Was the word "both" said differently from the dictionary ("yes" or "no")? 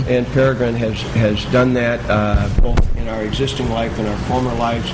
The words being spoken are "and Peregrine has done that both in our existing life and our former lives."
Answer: no